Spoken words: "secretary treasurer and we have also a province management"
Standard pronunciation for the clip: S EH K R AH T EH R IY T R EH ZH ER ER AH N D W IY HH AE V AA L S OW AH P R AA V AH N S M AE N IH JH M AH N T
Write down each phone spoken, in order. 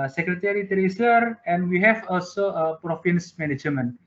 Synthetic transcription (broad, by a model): S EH K R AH T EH R IY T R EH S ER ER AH N W IY HH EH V AA L S OW AH P R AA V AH N S M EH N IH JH M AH N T